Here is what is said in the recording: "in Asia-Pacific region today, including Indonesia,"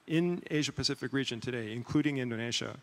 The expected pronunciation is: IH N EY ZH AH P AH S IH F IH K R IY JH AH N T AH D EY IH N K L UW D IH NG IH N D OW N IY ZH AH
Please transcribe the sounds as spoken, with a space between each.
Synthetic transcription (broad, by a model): IH N EY ZH AH P AH S IH F IH K R IY JH AH N T AH D EY IH N K L UW D IH NG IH N D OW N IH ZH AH